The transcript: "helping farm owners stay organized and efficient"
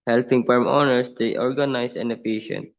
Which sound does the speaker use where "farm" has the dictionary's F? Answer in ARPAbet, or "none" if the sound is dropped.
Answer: P